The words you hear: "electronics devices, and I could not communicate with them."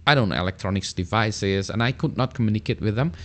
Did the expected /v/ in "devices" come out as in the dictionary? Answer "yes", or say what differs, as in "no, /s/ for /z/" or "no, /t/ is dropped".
yes